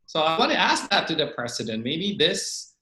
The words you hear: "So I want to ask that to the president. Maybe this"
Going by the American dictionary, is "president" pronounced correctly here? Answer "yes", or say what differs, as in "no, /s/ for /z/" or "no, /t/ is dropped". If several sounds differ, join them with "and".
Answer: no, /s/ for /z/